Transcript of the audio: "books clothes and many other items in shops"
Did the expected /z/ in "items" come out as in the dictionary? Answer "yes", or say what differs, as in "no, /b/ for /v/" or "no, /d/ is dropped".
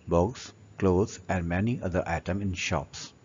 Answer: no, /z/ is dropped